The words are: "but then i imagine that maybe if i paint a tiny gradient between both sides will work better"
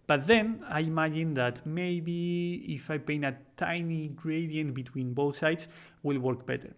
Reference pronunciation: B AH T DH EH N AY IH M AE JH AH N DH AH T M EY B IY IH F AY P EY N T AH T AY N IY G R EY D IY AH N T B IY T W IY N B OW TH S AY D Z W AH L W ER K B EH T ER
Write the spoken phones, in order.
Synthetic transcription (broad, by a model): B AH T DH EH N AY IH M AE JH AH N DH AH T M EY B IY IH F AY P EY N AH T AY N IY G R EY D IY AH N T B IY T W IY N B OW TH S AY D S W AH L W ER K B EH T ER